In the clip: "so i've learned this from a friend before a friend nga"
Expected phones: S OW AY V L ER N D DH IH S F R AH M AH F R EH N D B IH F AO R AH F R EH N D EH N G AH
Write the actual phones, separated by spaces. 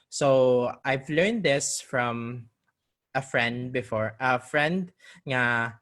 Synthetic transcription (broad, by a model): S OW AY V L ER N D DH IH S F R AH M AH F R EH N D B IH F AO R AH F R EH N D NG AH